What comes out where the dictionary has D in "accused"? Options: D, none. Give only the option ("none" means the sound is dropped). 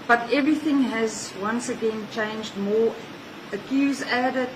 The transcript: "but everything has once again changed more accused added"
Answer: none